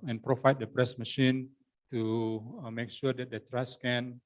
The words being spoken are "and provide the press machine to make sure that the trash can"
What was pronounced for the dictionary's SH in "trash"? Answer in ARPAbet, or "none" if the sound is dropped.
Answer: S